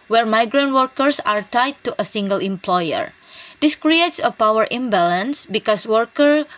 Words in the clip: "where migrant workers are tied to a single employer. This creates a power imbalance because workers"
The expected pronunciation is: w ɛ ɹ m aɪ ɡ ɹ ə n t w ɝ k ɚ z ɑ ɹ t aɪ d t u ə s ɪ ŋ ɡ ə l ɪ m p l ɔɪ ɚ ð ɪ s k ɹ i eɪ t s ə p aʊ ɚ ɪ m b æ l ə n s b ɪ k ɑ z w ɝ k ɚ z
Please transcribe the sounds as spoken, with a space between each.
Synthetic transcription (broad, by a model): w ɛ ɹ m aɪ ɡ ɹ ə n t w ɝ k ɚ s ɑ ɹ t aɪ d t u ə s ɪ ŋ ɡ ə l ɪ m p l ɔɪ ɚ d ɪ s k ɹ i eɪ t s ə p aʊ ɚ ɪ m b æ l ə n s b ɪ k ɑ s w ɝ k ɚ